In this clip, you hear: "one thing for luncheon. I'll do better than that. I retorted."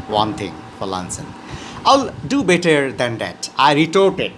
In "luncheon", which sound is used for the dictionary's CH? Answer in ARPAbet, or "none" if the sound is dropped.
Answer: S